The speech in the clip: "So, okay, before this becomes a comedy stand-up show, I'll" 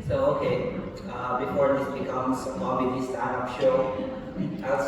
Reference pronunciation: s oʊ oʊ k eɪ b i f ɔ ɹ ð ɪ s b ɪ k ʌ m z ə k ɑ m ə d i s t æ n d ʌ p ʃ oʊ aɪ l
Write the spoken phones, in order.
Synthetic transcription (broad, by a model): s oʊ oʊ k eɪ b i f ɔ ɹ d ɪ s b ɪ k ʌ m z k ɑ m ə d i s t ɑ d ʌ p ʃ oʊ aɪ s